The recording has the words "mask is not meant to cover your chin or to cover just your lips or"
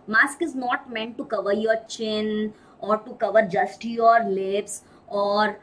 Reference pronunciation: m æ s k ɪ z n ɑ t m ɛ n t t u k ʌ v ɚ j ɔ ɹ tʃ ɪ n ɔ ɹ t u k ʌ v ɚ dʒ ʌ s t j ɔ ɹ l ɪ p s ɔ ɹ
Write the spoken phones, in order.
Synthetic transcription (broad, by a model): m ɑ s k ɪ z n ɑ t m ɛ n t t u k ʌ v ɚ j ɔ ɹ tʃ ɪ n ɔ ɹ t u k ʌ v ɚ dʒ ʌ s t j ɔ ɹ l ɪ p s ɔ ɹ